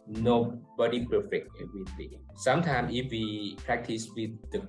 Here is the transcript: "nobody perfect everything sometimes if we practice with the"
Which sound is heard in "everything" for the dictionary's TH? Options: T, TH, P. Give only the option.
T